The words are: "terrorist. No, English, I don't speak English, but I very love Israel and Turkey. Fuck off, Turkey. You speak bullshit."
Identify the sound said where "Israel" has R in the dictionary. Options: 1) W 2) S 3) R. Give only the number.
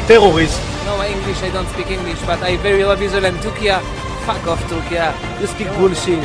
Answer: 1